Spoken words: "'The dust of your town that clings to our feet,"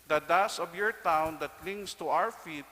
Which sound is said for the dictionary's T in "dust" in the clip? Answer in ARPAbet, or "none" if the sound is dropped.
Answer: none